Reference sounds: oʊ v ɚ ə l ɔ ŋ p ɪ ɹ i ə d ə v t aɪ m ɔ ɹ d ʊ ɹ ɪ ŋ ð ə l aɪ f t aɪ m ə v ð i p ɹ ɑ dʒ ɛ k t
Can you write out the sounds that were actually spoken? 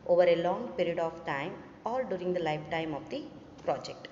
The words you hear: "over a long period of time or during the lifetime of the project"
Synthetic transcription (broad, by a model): oʊ v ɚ ə l ɔ ŋ p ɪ ɹ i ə d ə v t aɪ m ɔ l d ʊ ɹ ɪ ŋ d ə l aɪ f t aɪ m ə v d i p ɹ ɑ dʒ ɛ k t